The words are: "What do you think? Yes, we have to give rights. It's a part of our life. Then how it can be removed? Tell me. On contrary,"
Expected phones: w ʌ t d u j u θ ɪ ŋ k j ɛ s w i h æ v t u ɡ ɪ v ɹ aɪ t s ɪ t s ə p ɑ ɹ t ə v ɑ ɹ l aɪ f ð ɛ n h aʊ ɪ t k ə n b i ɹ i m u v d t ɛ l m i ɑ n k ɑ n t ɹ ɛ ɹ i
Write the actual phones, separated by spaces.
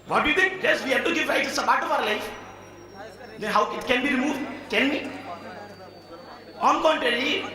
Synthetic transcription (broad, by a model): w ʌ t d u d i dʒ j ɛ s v i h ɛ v t u ɡ ɪ v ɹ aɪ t ɪ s ə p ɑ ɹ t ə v ɑ ɹ l aɪ f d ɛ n h aʊ ɪ t k ə n b i ɹ i m u v d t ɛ n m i ɑ n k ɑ n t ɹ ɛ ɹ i